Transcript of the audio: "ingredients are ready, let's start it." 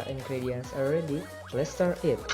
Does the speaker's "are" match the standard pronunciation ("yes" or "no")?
no